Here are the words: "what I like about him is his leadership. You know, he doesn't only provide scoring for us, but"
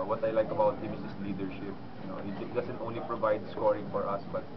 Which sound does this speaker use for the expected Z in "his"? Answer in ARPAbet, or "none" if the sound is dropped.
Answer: S